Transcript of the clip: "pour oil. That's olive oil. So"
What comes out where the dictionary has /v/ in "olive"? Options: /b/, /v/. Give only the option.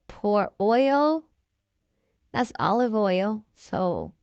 /v/